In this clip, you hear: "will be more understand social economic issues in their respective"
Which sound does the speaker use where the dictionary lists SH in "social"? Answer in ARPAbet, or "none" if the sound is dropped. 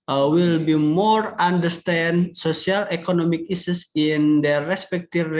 S